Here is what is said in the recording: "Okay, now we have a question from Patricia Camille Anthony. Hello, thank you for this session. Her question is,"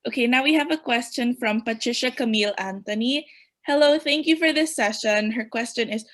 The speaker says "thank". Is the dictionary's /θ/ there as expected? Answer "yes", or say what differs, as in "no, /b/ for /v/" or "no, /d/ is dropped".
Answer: yes